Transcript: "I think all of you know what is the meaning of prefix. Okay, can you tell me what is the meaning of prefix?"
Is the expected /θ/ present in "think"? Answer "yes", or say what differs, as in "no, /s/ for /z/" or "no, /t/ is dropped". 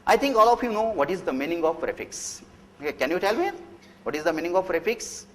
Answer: no, /t/ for /θ/